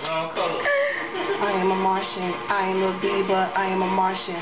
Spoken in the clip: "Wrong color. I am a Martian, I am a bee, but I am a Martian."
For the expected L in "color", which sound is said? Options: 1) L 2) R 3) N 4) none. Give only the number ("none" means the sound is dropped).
4